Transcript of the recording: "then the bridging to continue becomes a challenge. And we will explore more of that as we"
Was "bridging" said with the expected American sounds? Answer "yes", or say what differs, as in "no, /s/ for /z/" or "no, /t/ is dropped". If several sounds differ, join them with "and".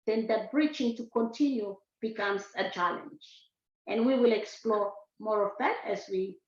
no, /tʃ/ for /dʒ/